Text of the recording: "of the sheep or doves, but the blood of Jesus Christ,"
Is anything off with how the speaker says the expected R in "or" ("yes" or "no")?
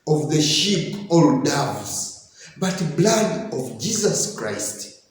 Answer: yes